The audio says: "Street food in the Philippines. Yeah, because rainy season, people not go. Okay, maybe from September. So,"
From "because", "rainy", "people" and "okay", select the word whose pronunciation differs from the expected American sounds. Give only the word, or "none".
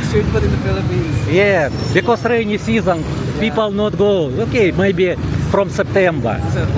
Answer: because